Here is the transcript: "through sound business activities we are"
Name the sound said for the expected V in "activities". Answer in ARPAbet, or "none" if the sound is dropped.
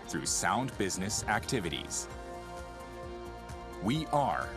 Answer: V